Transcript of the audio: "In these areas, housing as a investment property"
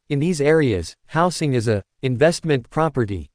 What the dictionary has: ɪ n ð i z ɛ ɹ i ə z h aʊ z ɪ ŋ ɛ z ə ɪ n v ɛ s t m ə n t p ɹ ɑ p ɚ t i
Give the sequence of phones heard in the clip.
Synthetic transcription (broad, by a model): ɪ n ð i z ɛ ɹ i ə z h aʊ s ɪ ŋ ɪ z ə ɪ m v ɛ s t m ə n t p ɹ ɑ p ɚ t i